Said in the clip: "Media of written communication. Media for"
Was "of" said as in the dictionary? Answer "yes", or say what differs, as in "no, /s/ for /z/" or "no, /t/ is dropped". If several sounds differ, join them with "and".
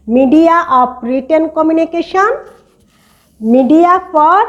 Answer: no, /p/ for /v/